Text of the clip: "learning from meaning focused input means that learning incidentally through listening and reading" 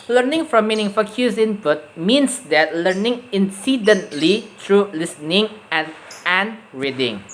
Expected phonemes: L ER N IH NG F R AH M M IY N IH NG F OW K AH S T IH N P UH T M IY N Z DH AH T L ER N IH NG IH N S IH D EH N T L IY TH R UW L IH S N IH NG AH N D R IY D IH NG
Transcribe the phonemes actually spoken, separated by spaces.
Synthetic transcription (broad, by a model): L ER N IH NG F R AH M M IY N IH NG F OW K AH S IH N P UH T M IY N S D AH T L ER N IH NG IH N S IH D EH N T L IY T R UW L IH S N IH NG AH N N R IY D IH NG